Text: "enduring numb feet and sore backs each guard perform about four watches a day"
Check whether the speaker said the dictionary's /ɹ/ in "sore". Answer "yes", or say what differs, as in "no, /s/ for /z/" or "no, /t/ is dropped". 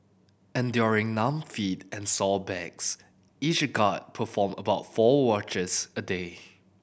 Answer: no, /l/ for /ɹ/